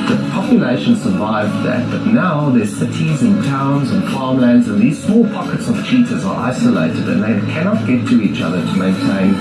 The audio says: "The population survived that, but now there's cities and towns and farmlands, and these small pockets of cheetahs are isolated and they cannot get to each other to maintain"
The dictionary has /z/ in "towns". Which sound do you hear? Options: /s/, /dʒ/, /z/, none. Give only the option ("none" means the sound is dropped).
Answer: /z/